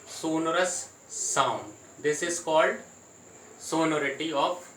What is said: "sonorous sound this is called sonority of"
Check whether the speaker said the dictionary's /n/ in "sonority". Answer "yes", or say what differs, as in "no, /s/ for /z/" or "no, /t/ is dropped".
yes